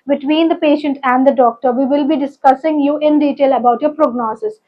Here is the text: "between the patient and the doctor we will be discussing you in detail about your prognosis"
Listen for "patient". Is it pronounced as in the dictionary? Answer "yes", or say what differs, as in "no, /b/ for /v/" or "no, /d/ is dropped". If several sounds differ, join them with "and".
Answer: yes